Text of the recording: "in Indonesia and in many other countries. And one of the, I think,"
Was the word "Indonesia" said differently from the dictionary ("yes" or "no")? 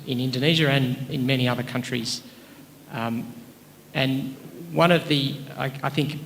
no